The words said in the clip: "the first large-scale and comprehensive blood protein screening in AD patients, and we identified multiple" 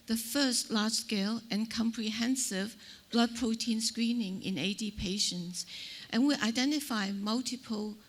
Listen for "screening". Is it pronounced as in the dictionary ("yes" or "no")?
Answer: yes